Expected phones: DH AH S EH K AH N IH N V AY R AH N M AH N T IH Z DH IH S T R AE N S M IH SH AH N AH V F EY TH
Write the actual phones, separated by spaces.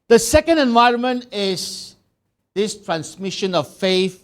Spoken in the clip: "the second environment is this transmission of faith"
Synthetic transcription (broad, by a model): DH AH S EH K AH N IH N V AY R AH N M AH N T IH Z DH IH S T R AE N S M IH SH AH N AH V F EY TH